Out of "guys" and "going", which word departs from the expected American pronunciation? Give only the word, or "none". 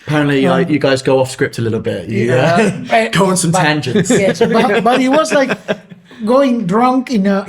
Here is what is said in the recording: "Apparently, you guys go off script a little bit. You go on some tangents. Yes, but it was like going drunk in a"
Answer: none